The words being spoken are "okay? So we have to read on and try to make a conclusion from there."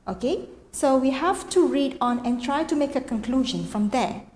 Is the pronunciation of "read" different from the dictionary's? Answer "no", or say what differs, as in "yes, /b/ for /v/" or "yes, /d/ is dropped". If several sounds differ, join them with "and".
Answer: no